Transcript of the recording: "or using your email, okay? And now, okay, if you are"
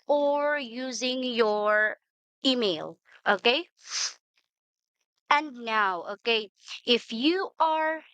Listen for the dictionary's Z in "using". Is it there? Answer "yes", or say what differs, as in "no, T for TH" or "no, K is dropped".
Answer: yes